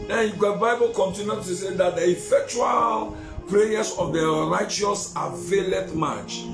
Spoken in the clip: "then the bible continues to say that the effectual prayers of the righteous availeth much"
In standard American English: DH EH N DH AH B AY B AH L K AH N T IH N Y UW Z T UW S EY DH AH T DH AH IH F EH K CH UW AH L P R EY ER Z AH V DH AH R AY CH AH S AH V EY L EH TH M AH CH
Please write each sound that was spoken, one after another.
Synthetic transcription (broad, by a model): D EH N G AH B AY B AH L K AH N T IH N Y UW T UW S EY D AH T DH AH IH F EH K CH UW AH L P R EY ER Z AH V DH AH R AY CH AH S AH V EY L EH T M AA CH